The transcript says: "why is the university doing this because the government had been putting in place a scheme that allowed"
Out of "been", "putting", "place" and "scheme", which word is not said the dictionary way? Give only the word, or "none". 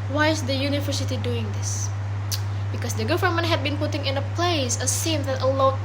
scheme